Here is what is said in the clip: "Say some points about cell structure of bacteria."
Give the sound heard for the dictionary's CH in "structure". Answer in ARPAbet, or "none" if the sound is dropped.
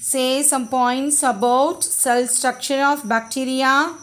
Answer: SH